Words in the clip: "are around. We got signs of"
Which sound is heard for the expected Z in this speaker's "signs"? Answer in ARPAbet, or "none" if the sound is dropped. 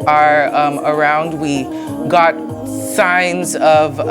Z